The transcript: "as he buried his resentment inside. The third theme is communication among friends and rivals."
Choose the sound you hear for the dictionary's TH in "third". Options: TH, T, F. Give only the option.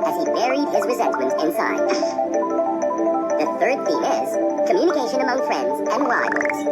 TH